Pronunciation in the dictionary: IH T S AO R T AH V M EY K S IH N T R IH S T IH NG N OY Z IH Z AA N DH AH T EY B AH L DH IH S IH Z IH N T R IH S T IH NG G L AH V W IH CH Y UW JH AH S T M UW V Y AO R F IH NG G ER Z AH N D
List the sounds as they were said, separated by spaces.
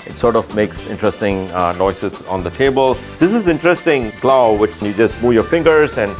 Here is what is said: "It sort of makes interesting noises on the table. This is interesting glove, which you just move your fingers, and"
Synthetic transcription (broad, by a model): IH T S AO R T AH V M EY K S IH N T R IH S T IH NG N OY S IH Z AA N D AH T EY B AH L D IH S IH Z IH N T R IH S T IH NG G L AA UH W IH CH Y UW JH AH S T M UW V Y AO R F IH NG G ER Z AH N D